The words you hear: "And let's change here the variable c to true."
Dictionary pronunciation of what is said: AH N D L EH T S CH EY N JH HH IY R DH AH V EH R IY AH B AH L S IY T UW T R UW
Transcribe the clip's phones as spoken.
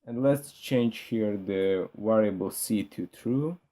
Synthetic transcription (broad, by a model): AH N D L EH T S CH EY N JH HH IY R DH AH W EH R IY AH B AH L S IY T UW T R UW